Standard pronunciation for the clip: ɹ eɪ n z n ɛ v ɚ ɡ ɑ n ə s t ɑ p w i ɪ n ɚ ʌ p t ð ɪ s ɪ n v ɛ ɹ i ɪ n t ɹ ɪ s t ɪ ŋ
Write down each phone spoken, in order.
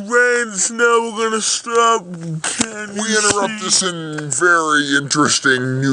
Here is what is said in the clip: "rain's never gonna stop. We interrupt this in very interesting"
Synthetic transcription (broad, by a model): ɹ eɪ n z n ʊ w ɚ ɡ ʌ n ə s t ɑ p w i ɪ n ɚ ʌ p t ð ɪ s ɪ n v ɛ ɹ i ɪ n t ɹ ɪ s t ɪ ŋ